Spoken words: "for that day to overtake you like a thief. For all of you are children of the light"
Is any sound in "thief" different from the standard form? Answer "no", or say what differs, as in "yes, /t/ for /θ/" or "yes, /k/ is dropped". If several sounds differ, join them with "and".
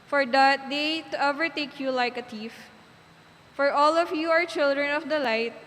yes, /t/ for /θ/